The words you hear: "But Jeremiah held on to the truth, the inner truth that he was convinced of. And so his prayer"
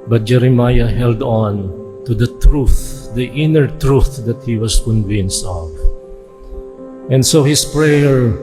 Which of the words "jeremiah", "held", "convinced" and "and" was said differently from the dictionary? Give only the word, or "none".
none